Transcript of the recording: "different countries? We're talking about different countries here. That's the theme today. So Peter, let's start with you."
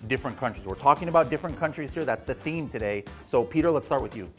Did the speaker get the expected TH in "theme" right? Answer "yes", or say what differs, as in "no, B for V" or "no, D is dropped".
yes